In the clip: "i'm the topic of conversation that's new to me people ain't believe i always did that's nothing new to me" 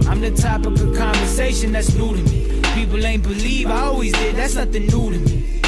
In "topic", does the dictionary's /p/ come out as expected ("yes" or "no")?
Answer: no